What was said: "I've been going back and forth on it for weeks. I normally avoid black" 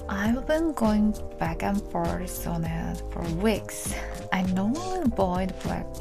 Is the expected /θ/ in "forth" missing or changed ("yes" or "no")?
yes